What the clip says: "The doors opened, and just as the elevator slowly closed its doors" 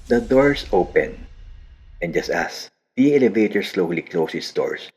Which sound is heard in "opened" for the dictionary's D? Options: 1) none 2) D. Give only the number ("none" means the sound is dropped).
1